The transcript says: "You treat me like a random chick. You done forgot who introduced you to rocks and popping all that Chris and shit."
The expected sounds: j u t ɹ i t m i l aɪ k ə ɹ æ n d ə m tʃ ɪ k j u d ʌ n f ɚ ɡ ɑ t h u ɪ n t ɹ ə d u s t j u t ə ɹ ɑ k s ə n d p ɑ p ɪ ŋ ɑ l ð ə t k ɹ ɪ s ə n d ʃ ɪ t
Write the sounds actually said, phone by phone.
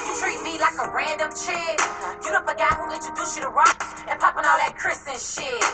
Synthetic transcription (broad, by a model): t ɹ i t m i l aɪ k ə ɹ æ n d ə m tʃ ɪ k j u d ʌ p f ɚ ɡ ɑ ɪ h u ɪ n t ə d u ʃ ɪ t ə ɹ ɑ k ə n p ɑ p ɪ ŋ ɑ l ð ə t k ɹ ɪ s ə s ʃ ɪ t